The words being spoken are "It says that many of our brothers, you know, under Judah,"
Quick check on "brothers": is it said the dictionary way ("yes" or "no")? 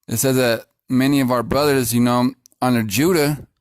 yes